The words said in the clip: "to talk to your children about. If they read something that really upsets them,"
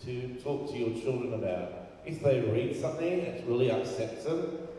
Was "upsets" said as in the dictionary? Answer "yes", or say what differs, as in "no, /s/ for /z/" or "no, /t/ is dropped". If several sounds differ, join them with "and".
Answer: no, /p/ is dropped